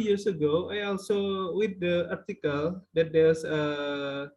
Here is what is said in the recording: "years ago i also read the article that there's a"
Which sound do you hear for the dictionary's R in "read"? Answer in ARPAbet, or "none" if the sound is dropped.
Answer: W